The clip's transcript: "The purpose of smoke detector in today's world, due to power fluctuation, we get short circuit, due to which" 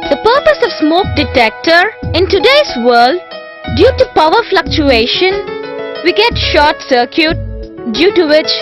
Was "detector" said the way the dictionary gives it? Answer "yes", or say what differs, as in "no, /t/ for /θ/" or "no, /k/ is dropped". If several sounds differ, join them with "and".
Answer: yes